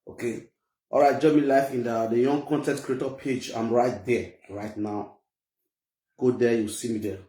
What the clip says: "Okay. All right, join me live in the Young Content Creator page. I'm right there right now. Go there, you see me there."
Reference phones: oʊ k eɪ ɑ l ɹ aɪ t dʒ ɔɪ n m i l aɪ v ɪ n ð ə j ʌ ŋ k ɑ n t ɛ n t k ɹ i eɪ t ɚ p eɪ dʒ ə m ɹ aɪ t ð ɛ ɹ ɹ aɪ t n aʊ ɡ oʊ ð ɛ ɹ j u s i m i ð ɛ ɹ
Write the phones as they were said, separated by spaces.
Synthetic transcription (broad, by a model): oʊ k eɪ ɑ l ɹ aɪ t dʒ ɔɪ m i l aɪ f ɪ n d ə j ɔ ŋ k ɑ n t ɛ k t k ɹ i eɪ t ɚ p eɪ dʒ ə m ɹ aɪ t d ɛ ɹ ɹ aɪ t n aʊ ɡ oʊ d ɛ j u s i m i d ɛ